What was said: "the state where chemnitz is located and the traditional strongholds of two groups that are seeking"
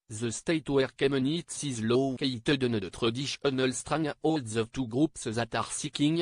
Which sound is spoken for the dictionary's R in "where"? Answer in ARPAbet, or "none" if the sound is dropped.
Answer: R